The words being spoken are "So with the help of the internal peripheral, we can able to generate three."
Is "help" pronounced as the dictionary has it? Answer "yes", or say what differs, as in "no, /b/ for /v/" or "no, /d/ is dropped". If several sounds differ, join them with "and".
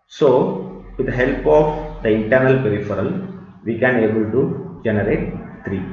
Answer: yes